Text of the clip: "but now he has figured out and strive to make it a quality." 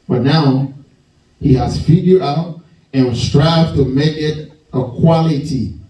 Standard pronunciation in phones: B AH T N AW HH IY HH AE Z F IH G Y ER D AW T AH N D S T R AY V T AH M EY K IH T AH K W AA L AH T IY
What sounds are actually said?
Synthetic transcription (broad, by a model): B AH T N AW HH IY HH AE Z F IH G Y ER AW T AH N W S T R AY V T AH M EY K IH T AH K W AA L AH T IY